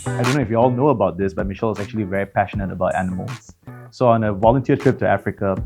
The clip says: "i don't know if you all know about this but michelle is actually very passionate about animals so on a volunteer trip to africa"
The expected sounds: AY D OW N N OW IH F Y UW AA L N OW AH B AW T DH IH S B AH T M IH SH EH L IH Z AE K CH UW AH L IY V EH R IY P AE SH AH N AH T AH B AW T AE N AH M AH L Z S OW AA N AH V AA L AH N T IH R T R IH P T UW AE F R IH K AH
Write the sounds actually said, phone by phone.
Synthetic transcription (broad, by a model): AY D OW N N OW IH F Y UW AA L N OW AH B AW T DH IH S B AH T M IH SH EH L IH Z AE K CH UW AH L IY V EH R IY P AE SH AH N AH T AH B AW T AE N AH M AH L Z S OW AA N AH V AA L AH N T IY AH T R IH P T UW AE F R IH K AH